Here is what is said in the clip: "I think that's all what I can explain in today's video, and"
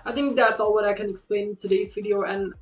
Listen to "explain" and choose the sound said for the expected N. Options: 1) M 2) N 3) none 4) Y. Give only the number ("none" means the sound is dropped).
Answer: 3